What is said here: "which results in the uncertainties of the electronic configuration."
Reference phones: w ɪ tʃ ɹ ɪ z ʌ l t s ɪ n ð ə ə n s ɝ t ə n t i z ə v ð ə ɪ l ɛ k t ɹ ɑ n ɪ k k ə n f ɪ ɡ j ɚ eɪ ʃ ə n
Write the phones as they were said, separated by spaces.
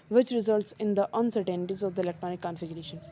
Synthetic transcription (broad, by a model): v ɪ tʃ ɹ ɪ z ʌ l t s ɪ n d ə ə n s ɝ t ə n t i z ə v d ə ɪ l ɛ k t ɹ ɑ n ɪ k k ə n f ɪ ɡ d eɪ ʃ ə n